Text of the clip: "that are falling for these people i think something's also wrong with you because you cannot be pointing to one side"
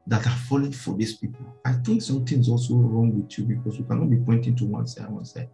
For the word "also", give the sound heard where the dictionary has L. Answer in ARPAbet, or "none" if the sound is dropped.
L